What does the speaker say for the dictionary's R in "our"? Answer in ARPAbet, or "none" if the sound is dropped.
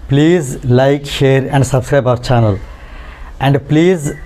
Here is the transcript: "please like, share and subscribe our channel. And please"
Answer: R